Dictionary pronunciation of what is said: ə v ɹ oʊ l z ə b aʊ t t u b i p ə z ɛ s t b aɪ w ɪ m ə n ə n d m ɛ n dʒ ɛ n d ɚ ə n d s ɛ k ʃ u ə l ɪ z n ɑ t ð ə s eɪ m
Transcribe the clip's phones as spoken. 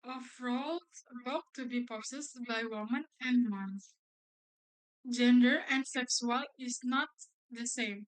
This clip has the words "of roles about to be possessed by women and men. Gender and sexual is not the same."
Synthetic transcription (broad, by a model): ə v ɹ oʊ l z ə ʊ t t u b i p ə s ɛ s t b aɪ w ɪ m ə n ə n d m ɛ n dʒ ɛ n d ɚ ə n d s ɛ k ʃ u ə l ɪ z n ɑ t ð ə s eɪ m